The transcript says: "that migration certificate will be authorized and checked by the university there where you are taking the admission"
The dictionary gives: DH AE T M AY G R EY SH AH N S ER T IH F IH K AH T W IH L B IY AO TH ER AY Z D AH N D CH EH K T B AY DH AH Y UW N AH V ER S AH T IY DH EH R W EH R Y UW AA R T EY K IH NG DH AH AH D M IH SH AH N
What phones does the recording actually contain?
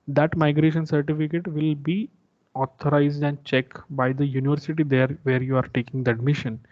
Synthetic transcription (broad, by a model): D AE T M AY G R EY SH AH N S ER T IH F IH K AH T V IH L B IY AO T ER AY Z D AH N D CH EH K T B AY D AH Y UW N AH V ER S AH T IY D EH R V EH R Y UW AA R T EY K IH NG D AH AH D M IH SH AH N